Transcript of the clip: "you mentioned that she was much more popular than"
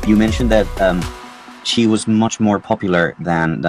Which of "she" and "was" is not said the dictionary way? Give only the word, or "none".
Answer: none